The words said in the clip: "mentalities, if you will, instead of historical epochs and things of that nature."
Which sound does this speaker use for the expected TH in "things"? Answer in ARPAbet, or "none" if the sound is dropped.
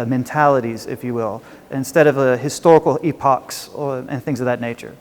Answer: TH